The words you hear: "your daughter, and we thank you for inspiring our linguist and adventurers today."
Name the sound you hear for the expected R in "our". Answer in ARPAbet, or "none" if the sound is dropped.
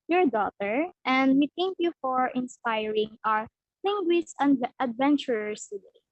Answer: R